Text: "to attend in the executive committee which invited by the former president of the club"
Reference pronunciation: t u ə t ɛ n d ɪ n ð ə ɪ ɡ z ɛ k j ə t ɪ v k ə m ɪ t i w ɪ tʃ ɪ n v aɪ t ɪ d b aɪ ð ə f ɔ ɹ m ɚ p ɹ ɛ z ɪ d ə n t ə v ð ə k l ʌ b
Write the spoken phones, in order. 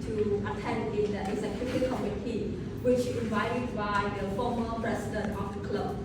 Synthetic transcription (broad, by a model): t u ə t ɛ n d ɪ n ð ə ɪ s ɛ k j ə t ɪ k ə m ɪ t i w ɪ tʃ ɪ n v aɪ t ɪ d b aɪ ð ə f ɔ m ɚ p ɹ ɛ s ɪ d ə n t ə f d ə k l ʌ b